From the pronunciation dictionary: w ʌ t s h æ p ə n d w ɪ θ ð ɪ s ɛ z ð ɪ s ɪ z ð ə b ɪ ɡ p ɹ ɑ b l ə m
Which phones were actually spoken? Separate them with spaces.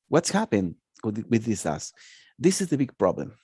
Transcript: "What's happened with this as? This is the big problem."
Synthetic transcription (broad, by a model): w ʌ t s h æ p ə n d w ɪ ð ɪ s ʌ s ð ɪ s ɪ z ð ə b ɪ ɡ p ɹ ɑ b l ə m